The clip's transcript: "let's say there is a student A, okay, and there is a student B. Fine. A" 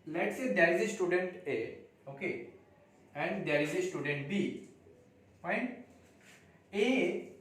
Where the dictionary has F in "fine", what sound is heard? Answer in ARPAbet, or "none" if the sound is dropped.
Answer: P